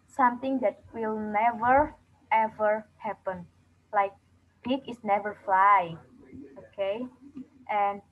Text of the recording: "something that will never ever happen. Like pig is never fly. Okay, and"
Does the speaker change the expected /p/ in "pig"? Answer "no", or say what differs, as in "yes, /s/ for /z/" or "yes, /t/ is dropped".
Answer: yes, /b/ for /p/